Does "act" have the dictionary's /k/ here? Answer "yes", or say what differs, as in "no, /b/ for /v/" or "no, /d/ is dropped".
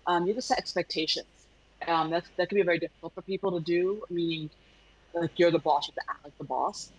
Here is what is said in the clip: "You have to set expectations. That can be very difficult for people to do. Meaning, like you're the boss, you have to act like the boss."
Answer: no, /k/ is dropped